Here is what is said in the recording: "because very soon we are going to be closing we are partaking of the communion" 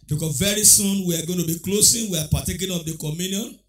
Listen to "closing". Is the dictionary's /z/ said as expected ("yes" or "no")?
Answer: no